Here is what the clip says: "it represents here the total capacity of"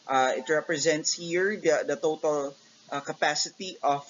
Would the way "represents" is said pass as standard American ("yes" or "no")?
yes